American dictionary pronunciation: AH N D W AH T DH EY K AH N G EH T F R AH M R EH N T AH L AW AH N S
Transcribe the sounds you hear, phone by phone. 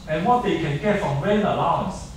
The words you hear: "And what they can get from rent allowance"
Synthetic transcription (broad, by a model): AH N W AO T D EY K AH N G EH T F R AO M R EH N AH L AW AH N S